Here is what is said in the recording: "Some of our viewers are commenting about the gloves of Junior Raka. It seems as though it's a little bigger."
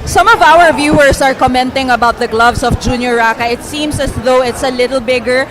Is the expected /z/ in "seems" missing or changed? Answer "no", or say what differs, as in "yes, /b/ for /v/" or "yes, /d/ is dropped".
yes, /s/ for /z/